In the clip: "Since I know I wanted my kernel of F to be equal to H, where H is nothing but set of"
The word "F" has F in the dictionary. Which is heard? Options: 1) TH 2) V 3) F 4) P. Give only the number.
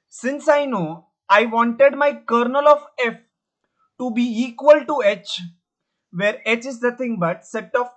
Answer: 3